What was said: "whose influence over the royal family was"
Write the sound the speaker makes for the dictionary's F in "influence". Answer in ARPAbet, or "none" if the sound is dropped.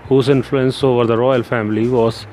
F